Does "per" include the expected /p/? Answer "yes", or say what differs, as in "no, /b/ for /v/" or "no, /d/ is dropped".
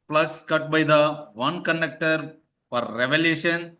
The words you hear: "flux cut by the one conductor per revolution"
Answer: no, /f/ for /p/